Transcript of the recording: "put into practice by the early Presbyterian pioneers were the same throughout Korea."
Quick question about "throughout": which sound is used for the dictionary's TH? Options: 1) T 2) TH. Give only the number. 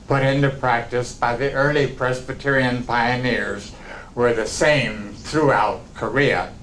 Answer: 2